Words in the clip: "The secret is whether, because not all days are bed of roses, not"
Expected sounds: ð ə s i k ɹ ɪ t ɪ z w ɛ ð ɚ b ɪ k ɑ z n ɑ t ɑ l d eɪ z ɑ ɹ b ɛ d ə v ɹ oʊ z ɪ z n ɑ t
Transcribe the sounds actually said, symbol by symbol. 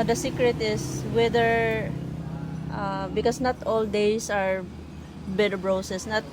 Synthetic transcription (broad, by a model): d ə s i k ɹ ɪ t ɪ s w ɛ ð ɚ b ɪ k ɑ s n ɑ t ɑ l d eɪ s ɑ ɹ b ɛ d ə b ɹ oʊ s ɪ s n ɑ t